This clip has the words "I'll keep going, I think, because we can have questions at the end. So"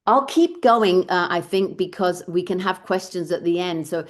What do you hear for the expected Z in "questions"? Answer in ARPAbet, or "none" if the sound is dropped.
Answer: Z